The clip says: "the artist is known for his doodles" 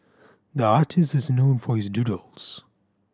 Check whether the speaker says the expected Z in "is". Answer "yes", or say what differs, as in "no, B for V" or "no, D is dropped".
yes